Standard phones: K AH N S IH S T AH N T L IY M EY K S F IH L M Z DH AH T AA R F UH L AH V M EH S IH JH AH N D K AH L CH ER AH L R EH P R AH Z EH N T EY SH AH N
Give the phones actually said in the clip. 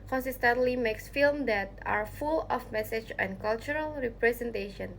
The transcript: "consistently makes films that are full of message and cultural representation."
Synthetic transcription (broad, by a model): K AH N S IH S T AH N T L IY M EY K S F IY L M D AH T AA R F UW L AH F M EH S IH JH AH N K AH L CH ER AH L R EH P R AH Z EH N T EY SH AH N